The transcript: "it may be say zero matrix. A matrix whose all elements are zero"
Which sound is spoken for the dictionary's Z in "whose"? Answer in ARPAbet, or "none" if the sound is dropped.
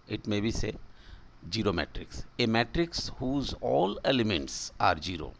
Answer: Z